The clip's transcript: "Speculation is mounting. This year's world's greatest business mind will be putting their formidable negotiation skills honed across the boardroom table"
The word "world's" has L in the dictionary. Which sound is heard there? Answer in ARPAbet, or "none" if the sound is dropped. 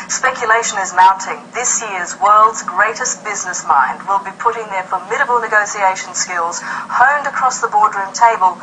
L